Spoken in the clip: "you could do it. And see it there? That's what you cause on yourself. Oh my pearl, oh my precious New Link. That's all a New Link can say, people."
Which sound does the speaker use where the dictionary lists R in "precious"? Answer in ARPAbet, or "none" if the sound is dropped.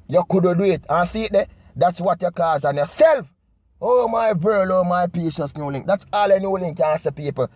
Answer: none